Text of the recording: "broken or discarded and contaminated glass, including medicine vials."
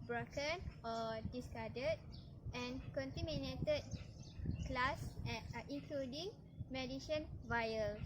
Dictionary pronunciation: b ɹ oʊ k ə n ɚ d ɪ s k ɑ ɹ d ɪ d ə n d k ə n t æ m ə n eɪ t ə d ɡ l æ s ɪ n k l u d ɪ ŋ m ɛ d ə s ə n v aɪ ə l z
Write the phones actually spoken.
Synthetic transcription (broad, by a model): b ɹ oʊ k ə n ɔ d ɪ s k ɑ d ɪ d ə n k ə n t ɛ m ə n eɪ t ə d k l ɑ s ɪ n k l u d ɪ ŋ m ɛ d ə ʃ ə n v aɪ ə l